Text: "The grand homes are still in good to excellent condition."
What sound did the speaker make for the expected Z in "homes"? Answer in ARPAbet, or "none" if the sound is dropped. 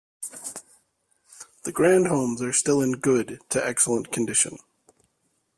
Z